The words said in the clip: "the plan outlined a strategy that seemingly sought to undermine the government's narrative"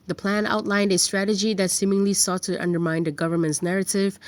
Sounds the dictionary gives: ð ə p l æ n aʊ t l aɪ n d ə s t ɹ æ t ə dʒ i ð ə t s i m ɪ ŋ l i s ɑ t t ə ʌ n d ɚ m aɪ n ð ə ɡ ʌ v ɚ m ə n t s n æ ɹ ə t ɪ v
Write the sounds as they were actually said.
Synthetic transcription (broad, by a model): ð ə p l æ n aʊ t l aɪ n d ə s t ɹ æ t ə dʒ i ð ə t s i m ɪ ŋ l i s ɑ t t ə ʌ n d ɚ m aɪ n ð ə ɡ ʌ v ɚ m ə n t s n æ ɹ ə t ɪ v